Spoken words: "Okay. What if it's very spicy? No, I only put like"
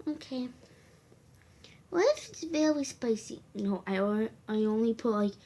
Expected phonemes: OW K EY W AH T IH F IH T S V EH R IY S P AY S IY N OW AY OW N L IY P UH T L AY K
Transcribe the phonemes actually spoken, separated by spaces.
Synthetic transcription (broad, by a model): OW K EY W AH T IH F IH T S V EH L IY S P AY S IY N OW AY OW N L IY P UH T L AY K